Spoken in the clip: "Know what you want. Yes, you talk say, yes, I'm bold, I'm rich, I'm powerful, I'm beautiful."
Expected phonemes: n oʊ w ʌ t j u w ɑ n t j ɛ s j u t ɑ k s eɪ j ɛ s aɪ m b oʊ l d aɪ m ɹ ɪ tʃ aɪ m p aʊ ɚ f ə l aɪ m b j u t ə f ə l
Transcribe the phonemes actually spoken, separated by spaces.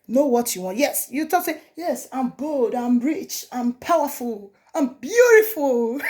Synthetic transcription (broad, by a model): n oʊ w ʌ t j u w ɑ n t j ɛ s j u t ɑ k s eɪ j ɛ s aɪ m b oʊ l d aɪ m ɹ ɪ tʃ aɪ m p aʊ ɚ f ə l aɪ m b j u t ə f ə l